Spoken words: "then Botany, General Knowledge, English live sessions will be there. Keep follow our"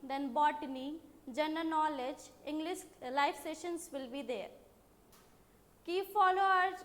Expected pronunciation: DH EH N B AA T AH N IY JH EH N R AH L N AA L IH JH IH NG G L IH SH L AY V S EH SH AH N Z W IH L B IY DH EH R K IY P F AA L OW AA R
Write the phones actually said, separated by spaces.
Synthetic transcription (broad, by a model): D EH N B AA T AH N IY JH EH N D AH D N AA L IH JH IH NG G L IH SH L AY F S EH SH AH N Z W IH L B IY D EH R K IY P F AA L OW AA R